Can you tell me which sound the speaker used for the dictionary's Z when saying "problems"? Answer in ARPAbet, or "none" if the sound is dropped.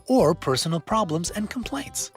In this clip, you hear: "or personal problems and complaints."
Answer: Z